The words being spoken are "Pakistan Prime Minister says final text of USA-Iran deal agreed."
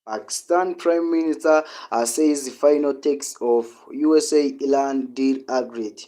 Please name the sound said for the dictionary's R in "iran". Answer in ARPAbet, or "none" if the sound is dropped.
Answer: L